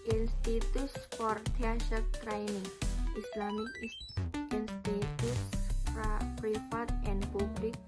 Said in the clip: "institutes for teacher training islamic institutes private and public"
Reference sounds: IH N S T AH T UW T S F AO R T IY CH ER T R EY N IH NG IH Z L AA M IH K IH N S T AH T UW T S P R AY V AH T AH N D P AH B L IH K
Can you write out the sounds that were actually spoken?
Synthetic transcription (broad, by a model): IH N S T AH T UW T S F AO R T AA SH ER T R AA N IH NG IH S L AA M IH K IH N S T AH T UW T S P R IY F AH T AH N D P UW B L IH K